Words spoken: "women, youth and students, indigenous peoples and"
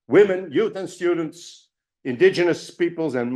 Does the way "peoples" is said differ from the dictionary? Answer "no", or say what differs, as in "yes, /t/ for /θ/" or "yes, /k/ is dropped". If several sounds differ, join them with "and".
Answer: no